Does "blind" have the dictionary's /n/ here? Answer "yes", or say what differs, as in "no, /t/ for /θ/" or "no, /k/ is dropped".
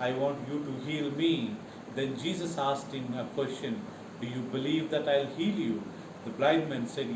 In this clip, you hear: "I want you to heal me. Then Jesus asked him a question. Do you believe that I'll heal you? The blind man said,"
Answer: no, /n/ is dropped